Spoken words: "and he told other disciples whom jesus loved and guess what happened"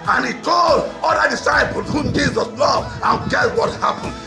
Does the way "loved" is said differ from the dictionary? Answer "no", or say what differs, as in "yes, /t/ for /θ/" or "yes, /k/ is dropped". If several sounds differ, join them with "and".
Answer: yes, /d/ is dropped